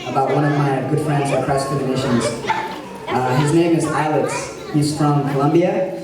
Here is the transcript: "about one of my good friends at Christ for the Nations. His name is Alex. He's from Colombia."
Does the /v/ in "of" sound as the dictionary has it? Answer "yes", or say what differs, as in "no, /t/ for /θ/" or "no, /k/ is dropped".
yes